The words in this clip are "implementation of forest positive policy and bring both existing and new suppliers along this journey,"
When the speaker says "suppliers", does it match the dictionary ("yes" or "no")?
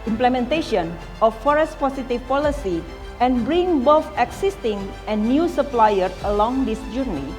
no